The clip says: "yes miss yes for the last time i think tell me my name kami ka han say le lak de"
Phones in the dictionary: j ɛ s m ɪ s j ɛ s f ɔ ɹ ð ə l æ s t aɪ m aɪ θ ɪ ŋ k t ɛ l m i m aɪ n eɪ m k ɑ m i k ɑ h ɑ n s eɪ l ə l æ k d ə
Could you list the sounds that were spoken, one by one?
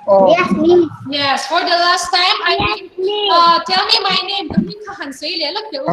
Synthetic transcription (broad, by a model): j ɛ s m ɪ j ɛ s f ɔ ɹ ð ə l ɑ s t aɪ m aɪ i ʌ t ɛ l m i m aɪ n eɪ m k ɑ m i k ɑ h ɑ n s eɪ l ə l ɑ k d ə